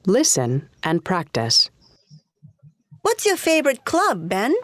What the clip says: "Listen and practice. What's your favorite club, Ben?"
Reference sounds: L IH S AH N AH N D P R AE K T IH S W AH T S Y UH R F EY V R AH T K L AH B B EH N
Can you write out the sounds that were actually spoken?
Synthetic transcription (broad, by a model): L IH S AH N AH N P R AE K T IH S W AH T S Y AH R F EY V R AH T K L AH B B EH N